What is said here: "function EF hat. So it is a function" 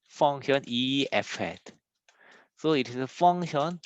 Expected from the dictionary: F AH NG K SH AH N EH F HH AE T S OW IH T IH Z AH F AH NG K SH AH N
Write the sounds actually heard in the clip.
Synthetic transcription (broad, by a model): F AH NG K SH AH N EH F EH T S OW IH T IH S AH F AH NG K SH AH N